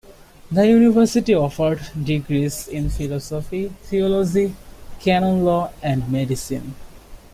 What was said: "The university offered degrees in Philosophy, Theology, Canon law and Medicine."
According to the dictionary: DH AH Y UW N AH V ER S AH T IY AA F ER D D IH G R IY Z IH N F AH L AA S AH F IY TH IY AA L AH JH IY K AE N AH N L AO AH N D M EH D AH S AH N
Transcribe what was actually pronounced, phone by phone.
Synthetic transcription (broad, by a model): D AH Y UW N AH V ER S AH T IY AA F ER D D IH G R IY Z IH N F AH L AA S AH F IY T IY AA L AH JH IY K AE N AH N L AO AH N D M EH D AH S AH N